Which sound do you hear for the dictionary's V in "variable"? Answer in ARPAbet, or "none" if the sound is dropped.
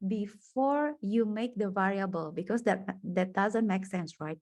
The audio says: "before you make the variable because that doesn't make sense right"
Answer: V